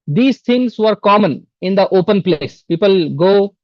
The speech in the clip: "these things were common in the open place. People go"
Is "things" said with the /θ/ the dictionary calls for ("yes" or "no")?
no